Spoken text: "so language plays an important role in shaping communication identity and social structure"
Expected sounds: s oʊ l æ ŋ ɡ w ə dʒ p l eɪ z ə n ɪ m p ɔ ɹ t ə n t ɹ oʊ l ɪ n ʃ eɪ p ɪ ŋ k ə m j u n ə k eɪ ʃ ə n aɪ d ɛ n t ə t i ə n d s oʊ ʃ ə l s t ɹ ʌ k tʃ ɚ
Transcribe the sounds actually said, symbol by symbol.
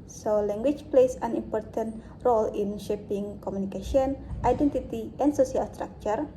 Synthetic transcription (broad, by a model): s oʊ l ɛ ŋ ɡ w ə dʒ p l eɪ s ə n ɪ m p ɔ ɹ t ə n t ɹ oʊ l ɪ n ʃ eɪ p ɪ ŋ k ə m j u n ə k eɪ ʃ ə n aɪ d ɛ n t ə t i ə n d s oʊ s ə l s t ɹ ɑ k tʃ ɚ